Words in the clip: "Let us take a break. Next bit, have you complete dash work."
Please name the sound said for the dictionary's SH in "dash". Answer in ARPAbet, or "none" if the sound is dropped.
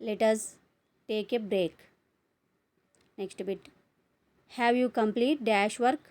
SH